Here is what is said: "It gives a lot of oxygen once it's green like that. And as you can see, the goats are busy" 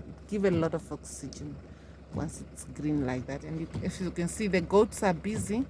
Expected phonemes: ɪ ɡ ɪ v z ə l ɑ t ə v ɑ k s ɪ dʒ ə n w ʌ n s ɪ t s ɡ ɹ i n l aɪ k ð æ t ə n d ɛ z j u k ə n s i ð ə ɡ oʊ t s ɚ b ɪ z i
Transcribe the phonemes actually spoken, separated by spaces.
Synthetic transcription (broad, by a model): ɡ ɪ v ə l ɑ t ə v ɑ k s ɪ dʒ ə n w ʌ n s ɪ t s ɡ ɹ i n l aɪ k ð æ t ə n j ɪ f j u k ə n s i ð ə ɡ oʊ t s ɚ b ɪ z i